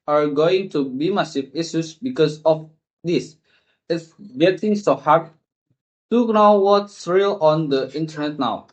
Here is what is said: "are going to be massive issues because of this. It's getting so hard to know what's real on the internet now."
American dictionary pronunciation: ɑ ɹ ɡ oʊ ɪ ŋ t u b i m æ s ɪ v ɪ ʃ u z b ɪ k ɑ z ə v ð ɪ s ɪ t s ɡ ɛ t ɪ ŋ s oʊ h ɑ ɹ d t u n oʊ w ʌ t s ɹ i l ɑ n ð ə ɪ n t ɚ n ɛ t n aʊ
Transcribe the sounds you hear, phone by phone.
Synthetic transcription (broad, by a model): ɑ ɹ ɡ oʊ ɪ ŋ t u b i m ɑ s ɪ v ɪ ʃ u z b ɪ k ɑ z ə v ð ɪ s ɪ t s ɡ ɛ t ɪ ŋ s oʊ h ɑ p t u n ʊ w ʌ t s ɹ i l ɑ n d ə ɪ n t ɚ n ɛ t n aʊ